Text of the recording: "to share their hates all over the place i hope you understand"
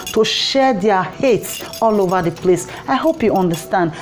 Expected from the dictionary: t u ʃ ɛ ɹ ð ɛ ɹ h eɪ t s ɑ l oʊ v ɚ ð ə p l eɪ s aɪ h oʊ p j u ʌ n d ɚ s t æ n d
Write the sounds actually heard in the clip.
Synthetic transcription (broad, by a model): t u ʃ ɛ ɹ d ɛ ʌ h eɪ t s ɑ l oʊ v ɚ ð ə p l eɪ s aɪ h oʊ p j u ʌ n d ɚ s t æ n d